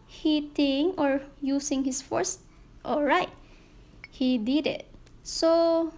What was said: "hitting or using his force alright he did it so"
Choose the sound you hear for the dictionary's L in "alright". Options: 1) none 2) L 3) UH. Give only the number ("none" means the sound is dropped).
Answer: 2